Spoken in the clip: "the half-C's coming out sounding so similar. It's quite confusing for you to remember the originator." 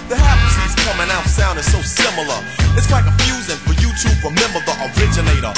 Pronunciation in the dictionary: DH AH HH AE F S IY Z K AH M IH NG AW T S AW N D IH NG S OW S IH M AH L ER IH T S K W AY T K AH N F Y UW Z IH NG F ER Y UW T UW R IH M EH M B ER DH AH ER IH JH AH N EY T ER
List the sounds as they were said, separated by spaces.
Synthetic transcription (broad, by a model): DH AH HH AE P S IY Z K AH M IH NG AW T S AW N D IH S OW S IH M L ER IH T S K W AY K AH F Y UW Z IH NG F ER Y UW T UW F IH M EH M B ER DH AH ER IH JH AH N EY T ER